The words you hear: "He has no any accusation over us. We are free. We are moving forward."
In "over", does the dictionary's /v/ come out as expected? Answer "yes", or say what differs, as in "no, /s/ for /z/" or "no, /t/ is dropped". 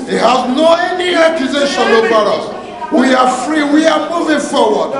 no, /b/ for /v/